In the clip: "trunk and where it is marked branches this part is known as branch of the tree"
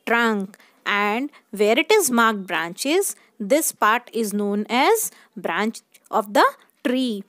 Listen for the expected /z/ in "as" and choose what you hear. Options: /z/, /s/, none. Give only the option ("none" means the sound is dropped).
/z/